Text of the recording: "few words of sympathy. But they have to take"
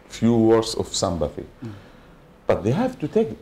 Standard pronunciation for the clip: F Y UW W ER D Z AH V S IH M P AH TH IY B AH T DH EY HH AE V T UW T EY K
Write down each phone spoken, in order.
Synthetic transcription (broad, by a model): F Y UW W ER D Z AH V S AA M B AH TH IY B AH T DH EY HH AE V T UW T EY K